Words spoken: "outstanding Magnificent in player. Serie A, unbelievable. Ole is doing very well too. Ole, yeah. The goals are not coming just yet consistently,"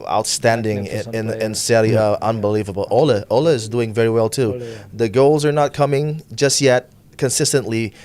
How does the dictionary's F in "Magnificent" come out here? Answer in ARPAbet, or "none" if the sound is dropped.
none